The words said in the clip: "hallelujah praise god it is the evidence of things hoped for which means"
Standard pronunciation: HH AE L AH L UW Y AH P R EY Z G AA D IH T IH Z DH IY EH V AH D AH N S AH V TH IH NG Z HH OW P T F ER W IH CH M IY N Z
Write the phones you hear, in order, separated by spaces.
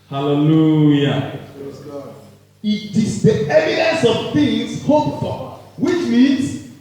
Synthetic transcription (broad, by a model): HH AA L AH L UW Y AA IH T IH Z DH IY EH V AH D AH N S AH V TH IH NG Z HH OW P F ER W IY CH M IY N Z